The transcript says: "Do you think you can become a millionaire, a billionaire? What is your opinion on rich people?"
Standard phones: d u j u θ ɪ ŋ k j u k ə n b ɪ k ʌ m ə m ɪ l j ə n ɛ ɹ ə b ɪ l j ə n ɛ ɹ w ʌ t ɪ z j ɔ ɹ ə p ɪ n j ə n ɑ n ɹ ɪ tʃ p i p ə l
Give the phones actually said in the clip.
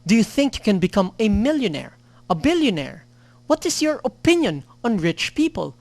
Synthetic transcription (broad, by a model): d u j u θ ɪ ŋ k j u k ə n b ɪ k ʌ m ə m ɪ l j ə n ɛ ɹ ə b ɪ l j ə n ɛ ɹ w ʌ t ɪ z j ɔ ɹ ə p ɪ n j ə n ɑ n ɹ ɪ tʃ p i p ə l